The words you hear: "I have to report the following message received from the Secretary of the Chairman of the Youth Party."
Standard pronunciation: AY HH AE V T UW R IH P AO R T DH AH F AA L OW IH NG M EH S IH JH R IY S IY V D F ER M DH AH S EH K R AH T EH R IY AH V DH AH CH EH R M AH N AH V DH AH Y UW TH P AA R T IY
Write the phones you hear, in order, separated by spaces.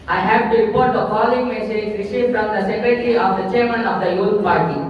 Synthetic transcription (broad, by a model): AY HH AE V T UW R IH P AO R T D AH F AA L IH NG M EH S IH JH R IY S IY F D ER M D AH S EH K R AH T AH R IY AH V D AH CH EH R M AH N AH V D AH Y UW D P AA R T IY